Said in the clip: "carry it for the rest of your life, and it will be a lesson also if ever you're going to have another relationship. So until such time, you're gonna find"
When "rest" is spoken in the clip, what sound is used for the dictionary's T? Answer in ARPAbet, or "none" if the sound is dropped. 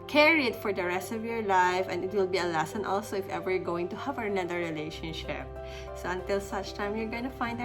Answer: T